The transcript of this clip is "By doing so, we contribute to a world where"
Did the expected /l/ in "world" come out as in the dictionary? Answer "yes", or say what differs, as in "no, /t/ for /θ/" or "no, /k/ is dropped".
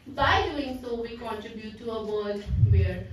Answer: no, /l/ is dropped